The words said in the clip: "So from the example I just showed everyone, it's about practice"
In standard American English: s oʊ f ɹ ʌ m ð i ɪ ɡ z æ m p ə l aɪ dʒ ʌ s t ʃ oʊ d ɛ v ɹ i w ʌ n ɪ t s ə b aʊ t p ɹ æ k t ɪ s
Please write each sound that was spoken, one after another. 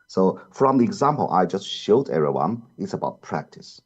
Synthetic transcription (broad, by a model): s oʊ f ɹ ʌ m ð i ɪ ɡ z æ m p ə l aɪ dʒ ʌ s t ʃ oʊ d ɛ ɹ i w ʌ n ɪ t s ə b aʊ t p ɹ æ k t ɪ s